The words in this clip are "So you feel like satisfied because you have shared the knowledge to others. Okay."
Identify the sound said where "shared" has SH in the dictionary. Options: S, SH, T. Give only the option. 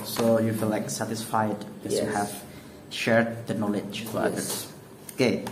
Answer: SH